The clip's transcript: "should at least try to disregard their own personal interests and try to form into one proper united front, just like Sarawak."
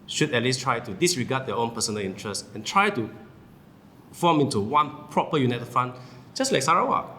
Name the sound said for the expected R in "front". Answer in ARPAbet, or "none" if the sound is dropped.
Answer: none